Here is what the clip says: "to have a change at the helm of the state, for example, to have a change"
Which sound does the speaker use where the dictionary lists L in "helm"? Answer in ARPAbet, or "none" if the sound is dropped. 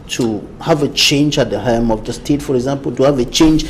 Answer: none